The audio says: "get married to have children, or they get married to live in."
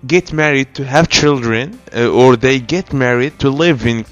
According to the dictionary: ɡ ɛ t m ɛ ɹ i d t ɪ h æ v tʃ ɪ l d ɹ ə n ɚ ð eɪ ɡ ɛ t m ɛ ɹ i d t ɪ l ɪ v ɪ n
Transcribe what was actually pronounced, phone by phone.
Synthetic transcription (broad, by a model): ɡ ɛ t m ɛ ɹ i d t ɪ h æ v tʃ ɪ l d ɹ ə n ɚ ð eɪ ɡ ɛ t m ɛ ɹ i d t ɪ l ɪ v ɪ n